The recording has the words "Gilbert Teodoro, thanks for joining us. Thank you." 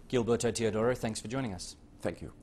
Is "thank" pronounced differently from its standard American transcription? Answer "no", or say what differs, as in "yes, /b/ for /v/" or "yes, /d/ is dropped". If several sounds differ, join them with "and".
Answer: no